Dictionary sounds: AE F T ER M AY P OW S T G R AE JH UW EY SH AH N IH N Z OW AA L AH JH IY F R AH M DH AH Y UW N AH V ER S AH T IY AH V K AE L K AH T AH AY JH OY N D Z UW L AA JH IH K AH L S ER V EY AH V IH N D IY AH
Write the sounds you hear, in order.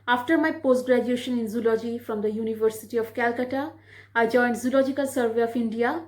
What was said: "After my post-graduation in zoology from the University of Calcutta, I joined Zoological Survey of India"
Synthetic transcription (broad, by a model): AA F T ER M AY P OW S T G R AE JH UW EY SH AH N IH N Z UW L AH JH IY F R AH M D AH Y UW N AH V ER S AH T IY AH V K AE L K AH T AH AY JH OY N D Z UW L AA JH IH K AH L S ER V EY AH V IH N D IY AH